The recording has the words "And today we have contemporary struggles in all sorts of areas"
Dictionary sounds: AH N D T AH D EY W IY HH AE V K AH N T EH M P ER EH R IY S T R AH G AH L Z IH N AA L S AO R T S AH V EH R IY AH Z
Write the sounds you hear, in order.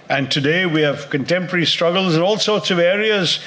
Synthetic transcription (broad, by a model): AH N T AH D EY W IY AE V K AH N T EH M P ER EH R IY S T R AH G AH L Z IH N AA L S AO R T S AH V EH R IY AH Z